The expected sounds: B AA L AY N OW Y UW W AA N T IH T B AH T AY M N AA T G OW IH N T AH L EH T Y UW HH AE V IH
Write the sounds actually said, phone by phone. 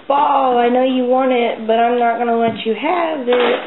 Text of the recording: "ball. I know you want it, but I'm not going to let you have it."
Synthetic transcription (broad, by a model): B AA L AY N OW Y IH W AA N T IH T B AH T AY M N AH T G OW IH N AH W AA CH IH HH AE V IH